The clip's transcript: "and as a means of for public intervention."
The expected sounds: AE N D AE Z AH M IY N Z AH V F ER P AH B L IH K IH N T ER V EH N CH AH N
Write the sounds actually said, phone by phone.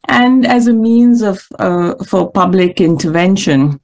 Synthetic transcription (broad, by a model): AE N D AE Z AH M IY N Z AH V F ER P AH B L IH K IH N T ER V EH N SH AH N